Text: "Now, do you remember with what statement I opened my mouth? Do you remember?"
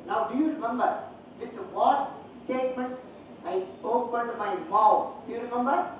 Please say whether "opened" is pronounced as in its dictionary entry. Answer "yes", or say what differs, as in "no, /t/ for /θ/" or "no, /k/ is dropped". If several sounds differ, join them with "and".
yes